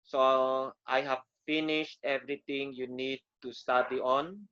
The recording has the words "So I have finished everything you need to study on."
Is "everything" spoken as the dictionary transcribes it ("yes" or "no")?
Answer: no